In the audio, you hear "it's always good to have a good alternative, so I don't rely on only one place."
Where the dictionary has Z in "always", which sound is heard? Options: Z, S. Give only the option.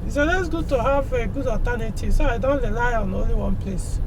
S